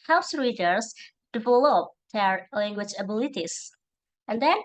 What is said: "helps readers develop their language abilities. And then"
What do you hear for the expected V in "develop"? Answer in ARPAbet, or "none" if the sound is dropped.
F